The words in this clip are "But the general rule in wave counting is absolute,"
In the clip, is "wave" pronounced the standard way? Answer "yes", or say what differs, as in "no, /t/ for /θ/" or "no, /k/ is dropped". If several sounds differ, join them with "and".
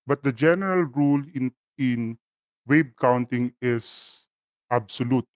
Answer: no, /b/ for /v/